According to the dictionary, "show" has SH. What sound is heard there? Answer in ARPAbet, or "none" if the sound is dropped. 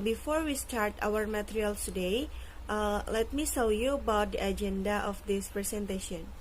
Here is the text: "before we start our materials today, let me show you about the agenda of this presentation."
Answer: S